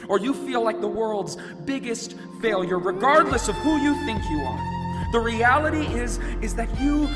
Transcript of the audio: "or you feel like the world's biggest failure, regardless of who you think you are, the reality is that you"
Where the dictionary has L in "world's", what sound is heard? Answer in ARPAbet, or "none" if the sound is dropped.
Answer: L